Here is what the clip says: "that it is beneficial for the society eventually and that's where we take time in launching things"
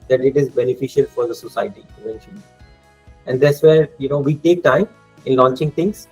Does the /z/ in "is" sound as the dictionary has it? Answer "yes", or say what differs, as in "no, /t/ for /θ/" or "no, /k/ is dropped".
yes